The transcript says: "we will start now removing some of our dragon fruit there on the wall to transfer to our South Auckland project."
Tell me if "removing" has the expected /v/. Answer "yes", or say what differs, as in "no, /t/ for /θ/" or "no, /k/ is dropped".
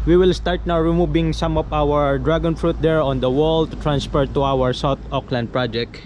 no, /b/ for /v/